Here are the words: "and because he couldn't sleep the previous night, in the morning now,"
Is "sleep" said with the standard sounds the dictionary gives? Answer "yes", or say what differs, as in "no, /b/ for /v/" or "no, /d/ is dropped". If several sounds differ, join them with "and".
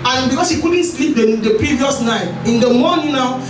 yes